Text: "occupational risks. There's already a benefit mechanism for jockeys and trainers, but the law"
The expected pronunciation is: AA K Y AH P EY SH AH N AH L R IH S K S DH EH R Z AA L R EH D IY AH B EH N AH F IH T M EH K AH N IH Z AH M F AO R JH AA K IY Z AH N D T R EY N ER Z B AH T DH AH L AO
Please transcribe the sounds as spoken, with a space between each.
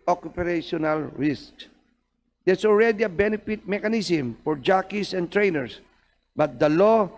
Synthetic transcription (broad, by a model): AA K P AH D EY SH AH N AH L R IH S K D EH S AA L R EH D IY AH B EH N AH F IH T M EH K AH N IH S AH M F AO R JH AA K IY S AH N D T R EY N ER S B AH T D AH L AO